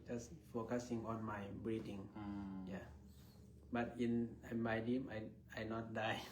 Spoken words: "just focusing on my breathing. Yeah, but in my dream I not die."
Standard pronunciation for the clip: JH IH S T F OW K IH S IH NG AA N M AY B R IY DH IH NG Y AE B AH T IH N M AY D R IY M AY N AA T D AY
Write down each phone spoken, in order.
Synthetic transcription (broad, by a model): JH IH S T F OW K IH S IH NG AA N M AY B R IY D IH NG Y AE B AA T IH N M AY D IY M AY N AA T D AY